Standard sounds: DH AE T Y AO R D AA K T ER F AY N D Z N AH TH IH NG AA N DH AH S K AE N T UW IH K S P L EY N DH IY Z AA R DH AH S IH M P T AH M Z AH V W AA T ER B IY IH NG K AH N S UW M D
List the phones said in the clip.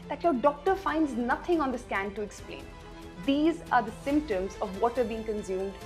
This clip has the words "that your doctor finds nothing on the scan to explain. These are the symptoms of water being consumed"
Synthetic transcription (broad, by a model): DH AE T Y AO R D AA K T ER F AY N D Z N AH T IH NG AA N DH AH S K AE N T UW IH K S P L EY N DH IY Z AA R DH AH S IH M P T AH M Z AH V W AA T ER B IY IH NG K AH N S UW M D